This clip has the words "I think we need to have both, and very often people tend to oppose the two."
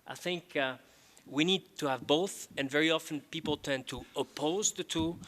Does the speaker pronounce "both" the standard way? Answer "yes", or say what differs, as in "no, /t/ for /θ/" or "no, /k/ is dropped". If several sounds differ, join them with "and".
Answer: yes